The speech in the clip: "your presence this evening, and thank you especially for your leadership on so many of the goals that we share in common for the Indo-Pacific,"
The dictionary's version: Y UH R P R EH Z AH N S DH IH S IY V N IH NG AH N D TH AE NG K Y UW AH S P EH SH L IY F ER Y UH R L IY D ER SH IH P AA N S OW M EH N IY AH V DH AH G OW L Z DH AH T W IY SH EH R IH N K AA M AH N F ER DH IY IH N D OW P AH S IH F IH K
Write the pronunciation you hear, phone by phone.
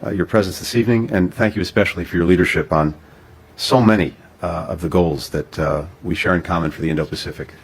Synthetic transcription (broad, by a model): Y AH R P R EH Z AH N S DH IH S IY V N IH NG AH N TH AE NG K Y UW AH S P EH SH L IY F ER Y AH R L IY D ER SH IH P N S OW M EH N IY AH V DH AH G OW L Z DH AH T W IY SH EH R IH N K AA M AH N F ER DH IY IH N D OW P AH S IH F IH K